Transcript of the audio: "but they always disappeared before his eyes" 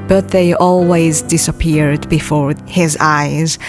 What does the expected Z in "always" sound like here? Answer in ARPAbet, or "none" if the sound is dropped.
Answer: Z